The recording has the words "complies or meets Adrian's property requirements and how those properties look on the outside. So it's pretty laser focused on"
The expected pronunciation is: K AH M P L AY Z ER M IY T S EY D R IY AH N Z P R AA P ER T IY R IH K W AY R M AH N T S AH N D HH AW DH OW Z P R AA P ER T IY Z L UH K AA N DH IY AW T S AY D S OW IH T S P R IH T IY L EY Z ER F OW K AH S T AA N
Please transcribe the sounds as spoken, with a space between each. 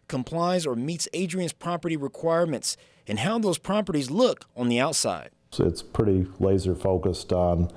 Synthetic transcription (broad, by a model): K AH M P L AY Z ER M IY T S EY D R IY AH N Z P R AA P ER T IY R IH K W AY R M AH N T S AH N HH AW DH OW Z P R AA P ER T IY Z L UH K N DH IY AW T S AY D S IH T S P R IH T IY L EY Z ER F OW K AH S T N